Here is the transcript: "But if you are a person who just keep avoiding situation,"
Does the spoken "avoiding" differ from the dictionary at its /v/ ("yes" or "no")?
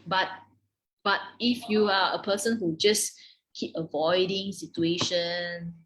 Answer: no